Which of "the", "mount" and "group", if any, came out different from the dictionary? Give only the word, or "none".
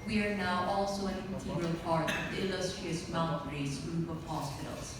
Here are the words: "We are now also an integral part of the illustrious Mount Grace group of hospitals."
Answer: mount